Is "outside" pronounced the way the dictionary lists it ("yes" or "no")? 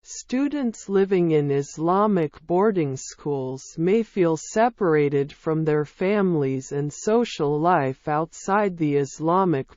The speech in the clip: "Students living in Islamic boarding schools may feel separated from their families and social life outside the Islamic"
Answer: yes